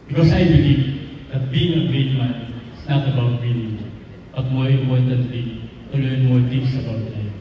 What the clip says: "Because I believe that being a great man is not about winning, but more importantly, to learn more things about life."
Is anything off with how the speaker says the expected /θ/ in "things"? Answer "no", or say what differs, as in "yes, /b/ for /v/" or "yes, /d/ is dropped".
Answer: yes, /t/ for /θ/